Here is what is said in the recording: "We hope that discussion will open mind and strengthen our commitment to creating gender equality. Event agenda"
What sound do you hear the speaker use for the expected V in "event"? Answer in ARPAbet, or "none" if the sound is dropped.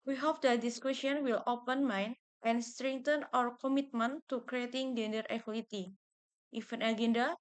F